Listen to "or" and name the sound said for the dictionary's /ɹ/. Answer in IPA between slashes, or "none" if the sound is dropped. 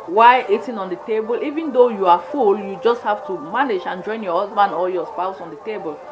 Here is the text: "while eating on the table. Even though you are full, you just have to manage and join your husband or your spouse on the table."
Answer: /l/